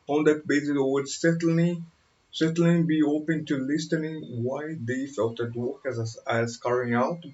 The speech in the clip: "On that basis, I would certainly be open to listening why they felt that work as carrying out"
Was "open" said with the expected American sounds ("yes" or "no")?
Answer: yes